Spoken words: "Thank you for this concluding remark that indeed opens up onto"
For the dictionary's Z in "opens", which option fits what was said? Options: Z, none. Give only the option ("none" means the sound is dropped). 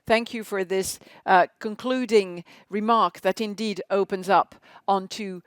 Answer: Z